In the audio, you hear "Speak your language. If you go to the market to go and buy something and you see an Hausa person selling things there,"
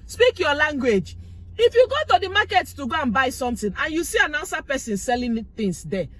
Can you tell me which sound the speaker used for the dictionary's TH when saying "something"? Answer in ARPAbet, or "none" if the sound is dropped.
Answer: T